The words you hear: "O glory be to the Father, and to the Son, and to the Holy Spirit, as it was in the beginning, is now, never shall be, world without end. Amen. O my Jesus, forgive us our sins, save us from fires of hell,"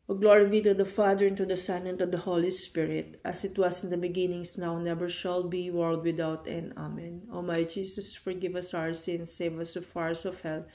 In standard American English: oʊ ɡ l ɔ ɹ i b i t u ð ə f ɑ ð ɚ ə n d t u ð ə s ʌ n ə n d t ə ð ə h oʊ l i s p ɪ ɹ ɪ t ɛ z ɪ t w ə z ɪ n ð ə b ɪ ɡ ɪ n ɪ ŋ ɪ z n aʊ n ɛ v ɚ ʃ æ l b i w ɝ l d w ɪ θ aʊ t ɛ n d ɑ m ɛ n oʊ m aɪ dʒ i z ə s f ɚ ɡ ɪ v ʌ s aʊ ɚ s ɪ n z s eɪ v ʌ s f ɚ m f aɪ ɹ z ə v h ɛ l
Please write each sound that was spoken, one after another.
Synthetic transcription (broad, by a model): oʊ ɡ l ɔ ɹ i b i t u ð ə f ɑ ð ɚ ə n t u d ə s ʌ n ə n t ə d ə h oʊ l i s p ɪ ɹ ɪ t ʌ s ɪ t w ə s ɪ n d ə b ɪ ɡ ɪ n ɪ ŋ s n aʊ n ɛ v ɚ ʃ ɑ l b i w ɝ l d w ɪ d aʊ t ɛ n ɑ m ɛ n oʊ m aɪ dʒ i s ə s f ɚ ɡ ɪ v ʌ s aʊ ɚ s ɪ n s eɪ v ʌ s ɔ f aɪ ɹ s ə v h ɛ l